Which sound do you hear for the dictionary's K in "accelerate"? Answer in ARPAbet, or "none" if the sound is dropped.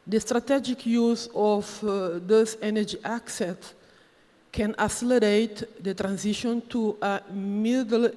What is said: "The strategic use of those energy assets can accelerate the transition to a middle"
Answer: none